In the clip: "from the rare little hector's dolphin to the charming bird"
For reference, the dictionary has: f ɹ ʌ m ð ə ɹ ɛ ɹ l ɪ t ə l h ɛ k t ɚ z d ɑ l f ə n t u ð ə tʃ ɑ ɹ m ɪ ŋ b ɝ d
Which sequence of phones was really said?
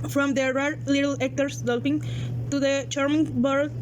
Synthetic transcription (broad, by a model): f ɹ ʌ m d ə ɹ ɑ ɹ l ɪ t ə l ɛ k t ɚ s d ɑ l p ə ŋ t u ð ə tʃ ɑ ɹ m ɪ ŋ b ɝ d